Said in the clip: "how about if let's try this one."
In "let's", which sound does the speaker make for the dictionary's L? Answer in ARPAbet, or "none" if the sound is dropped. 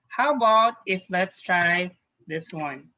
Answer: L